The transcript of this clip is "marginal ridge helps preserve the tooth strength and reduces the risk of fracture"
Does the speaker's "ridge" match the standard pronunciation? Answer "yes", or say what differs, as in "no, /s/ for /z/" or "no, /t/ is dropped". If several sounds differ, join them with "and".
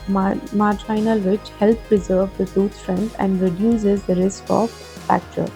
no, /tʃ/ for /dʒ/